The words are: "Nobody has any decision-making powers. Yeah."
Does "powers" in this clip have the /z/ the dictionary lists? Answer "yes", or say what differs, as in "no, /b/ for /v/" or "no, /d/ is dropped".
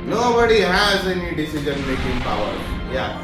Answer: no, /z/ is dropped